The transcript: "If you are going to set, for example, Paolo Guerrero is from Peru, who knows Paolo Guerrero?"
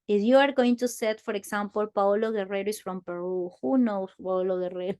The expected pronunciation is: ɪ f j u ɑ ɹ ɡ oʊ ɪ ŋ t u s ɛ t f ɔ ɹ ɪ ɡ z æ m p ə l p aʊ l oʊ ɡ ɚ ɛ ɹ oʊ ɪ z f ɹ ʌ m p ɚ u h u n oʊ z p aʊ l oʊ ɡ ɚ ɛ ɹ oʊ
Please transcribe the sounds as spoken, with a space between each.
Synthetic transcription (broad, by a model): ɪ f j u ɑ ɹ ɡ oʊ ɪ ŋ t u s ɛ t f ɔ ɹ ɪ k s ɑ m p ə l p aʊ l oʊ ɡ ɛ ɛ ɹ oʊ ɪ s f ɹ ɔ m p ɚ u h u n oʊ s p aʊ l oʊ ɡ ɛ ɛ ɹ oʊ